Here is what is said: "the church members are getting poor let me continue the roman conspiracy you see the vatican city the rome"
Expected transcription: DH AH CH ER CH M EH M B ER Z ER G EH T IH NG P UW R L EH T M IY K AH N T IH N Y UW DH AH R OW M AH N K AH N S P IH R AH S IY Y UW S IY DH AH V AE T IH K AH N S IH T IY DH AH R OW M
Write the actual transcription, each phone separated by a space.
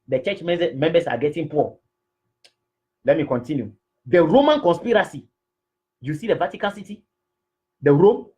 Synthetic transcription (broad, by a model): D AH CH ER CH M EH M B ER S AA G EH T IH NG P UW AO L EH T M IY K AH N T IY N Y UW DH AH R OW M AH N K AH N S P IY R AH S IY Y UW S IY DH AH V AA T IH K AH N S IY T IY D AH R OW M